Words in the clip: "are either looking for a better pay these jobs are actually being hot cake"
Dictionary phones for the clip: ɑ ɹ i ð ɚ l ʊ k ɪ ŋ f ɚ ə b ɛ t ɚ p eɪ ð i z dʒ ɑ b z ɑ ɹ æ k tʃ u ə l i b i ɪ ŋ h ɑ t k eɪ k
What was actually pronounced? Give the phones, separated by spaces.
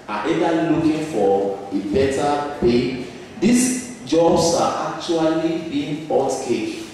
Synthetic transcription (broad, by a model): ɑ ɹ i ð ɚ l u k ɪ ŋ f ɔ ə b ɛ t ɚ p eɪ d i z dʒ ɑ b s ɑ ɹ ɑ k tʃ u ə l i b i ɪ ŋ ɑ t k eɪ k